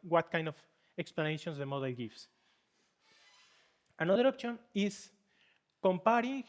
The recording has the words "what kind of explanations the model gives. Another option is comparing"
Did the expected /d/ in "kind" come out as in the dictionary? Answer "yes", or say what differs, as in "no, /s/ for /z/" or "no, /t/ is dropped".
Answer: yes